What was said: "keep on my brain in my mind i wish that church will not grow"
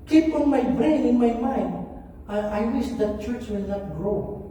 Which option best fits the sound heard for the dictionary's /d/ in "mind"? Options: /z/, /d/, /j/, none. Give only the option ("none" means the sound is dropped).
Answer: none